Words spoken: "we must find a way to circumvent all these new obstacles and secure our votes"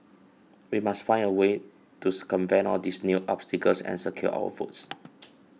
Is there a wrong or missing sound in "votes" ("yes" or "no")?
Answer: yes